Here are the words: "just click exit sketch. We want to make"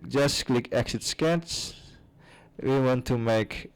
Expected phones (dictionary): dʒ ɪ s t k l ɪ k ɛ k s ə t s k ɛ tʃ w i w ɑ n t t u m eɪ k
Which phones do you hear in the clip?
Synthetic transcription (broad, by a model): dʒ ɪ s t k l ɪ k ɛ k s ə t s k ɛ s w i w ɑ n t t u m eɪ k